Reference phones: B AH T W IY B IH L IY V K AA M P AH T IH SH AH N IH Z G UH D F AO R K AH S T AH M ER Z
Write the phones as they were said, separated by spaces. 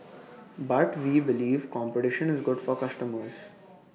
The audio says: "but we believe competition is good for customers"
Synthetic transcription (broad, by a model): B AH T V IY B IH L IY V K AA M P AH T IH SH AH N IH Z G UH D F AO R K AH S T AH M ER Z